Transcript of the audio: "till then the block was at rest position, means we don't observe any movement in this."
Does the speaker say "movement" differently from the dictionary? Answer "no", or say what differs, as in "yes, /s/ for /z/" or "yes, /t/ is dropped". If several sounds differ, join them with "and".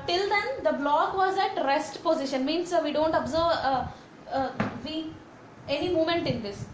yes, /v/ is dropped